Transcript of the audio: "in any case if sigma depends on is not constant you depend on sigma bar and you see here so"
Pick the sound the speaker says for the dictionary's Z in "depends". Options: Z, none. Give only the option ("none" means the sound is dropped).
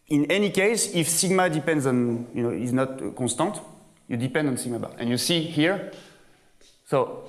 Z